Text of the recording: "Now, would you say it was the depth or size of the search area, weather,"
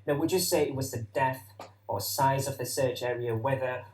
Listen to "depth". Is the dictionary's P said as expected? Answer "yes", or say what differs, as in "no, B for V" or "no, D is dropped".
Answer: no, P is dropped